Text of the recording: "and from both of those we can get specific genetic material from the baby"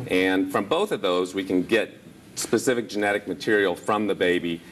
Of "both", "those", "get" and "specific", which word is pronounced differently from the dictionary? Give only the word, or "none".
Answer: none